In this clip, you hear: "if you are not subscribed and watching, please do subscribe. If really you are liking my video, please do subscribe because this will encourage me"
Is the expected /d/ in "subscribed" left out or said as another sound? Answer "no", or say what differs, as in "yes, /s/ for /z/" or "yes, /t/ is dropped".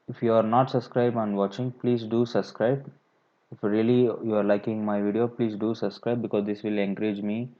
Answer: yes, /d/ is dropped